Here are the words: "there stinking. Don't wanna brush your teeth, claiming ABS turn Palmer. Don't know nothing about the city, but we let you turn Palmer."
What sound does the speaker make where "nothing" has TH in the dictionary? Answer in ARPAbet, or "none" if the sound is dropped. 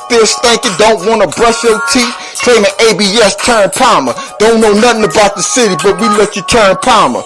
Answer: TH